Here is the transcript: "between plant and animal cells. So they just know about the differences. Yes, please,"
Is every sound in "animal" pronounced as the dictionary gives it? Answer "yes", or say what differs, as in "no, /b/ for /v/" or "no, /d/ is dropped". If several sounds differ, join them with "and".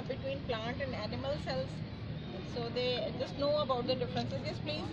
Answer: yes